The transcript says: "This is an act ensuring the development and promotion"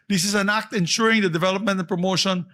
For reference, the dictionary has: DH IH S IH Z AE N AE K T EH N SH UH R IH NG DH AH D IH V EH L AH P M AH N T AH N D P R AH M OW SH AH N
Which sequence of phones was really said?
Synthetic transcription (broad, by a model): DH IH S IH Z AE N AE K T EH N SH UH R IH NG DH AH D IH V EH L AH P M AH N T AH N P R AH M OW SH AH N